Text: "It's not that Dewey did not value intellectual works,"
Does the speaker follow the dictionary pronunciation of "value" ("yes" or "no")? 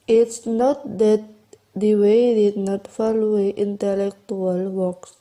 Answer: no